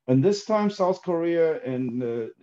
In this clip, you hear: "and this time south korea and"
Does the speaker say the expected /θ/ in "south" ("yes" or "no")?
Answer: yes